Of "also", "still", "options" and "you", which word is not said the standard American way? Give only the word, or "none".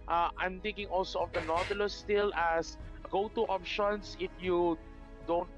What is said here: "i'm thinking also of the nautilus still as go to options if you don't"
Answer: options